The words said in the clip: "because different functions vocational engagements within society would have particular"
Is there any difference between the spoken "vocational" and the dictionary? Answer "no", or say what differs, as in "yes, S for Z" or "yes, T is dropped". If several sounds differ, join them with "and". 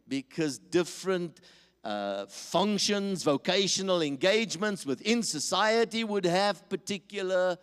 no